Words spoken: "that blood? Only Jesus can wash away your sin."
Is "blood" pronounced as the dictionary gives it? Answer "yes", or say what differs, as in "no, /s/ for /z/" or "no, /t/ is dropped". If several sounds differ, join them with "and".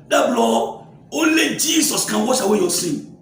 no, /d/ is dropped